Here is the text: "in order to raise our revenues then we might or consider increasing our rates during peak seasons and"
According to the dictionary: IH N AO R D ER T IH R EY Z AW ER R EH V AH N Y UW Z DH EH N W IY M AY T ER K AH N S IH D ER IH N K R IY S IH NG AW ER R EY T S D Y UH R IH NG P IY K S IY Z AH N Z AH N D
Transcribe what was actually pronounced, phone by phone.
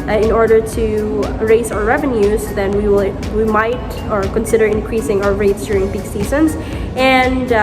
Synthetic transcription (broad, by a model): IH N AO R D ER T IH R EY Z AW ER R EH V AH N Y UW Z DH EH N W IY M AY T ER K AH N S IH D ER IH N K R IY S IH NG AW ER R EY T S D Y UH R IH NG B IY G S IY Z AH N Z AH N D